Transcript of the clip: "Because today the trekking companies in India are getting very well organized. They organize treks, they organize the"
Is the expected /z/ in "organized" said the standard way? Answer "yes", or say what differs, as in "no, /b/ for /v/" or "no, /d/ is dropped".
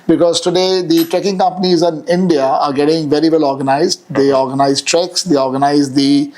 yes